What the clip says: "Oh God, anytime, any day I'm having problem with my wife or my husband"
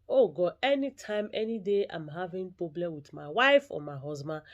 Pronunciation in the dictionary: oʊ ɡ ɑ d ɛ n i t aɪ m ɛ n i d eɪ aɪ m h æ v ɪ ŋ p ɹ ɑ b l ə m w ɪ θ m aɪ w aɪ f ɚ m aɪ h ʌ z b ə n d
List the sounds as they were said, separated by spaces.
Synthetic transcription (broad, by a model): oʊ ɡ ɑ ɛ n i t aɪ m ɛ n i d eɪ aɪ m h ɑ v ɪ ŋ p ɹ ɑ b l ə m w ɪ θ m aɪ w aɪ f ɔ m aɪ h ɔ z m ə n